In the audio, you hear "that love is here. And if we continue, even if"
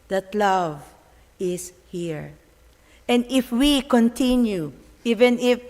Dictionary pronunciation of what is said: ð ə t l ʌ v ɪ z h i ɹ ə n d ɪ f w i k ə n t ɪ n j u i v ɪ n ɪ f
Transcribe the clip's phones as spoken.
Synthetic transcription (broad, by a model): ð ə t l ʌ v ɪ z h i ɹ ə n d ɪ f w i k ə n t ɪ n j u i v ɪ n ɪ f